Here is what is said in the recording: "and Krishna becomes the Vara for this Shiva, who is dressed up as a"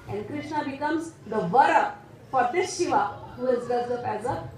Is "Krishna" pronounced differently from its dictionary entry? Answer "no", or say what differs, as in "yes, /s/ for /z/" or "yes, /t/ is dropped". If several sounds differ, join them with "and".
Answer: no